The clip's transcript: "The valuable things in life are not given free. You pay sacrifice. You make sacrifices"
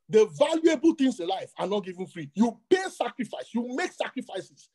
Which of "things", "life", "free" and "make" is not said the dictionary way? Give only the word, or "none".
things